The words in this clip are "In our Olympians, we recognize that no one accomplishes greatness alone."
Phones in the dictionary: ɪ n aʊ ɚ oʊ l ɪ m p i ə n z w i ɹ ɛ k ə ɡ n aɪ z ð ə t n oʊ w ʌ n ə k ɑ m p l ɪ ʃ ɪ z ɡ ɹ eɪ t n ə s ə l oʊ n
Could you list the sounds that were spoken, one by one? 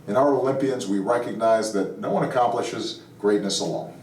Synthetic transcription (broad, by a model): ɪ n aʊ ɚ oʊ l ɪ m p i ə n z w i ɹ ɛ k ə ɡ n aɪ z ð ə t n oʊ w ʌ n ə k ɑ m p l ɪ ʃ ɪ z ɡ ɹ eɪ t n ə s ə l oʊ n